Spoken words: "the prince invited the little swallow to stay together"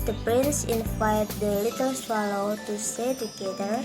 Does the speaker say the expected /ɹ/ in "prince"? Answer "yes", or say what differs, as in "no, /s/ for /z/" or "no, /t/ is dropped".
yes